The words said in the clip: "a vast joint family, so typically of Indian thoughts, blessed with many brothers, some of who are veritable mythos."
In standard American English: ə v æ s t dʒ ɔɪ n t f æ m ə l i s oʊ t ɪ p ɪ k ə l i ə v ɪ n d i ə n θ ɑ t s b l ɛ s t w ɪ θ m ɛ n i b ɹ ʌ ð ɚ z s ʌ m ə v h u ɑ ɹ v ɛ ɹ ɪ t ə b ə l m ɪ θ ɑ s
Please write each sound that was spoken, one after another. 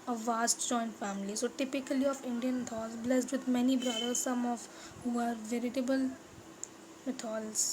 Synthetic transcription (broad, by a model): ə v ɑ s t dʒ ɔɪ n t f æ m ə l i s oʊ t ɪ p ɪ k ə l i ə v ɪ n d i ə n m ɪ t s b l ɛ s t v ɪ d m ɛ n i b ɹ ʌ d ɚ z s ʌ m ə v h u ɑ ɹ v ɛ ɹ ɪ t ə b ə l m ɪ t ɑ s